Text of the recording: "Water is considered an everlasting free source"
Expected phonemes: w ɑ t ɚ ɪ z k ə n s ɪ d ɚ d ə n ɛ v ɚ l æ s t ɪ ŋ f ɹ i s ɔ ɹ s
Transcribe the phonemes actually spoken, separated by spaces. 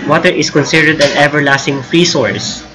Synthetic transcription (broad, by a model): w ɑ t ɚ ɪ s k ə n s ɪ d ɚ d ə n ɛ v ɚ l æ s t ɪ ŋ f ɹ i s ɔ ɹ s